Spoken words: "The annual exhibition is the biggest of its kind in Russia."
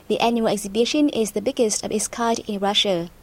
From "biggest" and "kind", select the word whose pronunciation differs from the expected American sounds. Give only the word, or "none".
kind